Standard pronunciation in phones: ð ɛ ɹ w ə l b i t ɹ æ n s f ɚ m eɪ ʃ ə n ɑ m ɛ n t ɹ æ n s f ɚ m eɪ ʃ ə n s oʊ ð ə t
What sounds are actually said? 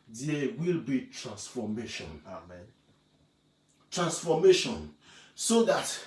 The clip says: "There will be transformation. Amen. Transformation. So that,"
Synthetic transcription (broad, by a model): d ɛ w ə l b i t ɹ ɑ n s f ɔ m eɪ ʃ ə n ɑ m ɛ n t ɹ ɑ n s f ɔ m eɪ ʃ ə n s oʊ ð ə t